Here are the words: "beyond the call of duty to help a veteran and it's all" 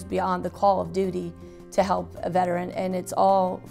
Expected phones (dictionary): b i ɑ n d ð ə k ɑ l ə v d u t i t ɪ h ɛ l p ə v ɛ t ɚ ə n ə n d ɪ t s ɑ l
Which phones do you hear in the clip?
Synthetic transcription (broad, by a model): b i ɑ n ð ə k ɑ l ə v d u t i t ɪ h ɛ l p ə v ɛ t ɚ ə n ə n ɪ t s ɑ l